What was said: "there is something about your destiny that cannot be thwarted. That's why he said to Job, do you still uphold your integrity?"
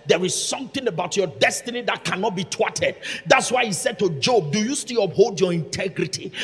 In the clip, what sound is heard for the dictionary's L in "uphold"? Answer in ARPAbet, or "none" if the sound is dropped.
L